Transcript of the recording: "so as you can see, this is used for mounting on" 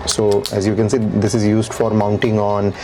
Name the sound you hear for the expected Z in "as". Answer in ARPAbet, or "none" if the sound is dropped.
Z